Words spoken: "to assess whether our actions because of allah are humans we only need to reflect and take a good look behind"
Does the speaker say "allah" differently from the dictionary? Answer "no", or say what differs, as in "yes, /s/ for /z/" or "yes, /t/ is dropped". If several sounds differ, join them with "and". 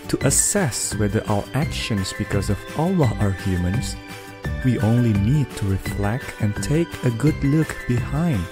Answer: no